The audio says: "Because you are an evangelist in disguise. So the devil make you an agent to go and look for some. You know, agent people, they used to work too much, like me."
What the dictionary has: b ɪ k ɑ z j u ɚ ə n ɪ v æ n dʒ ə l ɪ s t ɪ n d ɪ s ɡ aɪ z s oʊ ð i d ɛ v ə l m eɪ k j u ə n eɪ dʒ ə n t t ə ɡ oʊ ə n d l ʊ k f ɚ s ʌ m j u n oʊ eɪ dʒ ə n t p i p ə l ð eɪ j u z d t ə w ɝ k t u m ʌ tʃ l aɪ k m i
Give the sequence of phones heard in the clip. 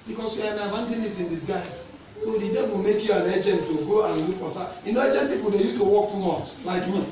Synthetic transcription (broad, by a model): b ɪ k ɑ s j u ə n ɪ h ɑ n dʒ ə n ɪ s ɪ n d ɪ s ɡ aɪ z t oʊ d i d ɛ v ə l m eɪ k j u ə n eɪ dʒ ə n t t ə ɡ oʊ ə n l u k f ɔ s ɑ j u n oʊ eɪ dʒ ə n p i p ə l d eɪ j u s t ə w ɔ k t u m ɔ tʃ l aɪ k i